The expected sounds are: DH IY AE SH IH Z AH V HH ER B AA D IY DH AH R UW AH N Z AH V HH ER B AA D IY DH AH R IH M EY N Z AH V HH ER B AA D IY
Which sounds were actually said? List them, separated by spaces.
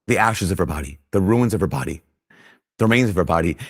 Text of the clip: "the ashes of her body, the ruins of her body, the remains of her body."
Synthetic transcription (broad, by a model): DH IY AE SH IH Z AH V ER B AA D IY DH AH R UW AH N Z AH V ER B AA D IY DH AH R IH M EY N Z AH V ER B AA D IY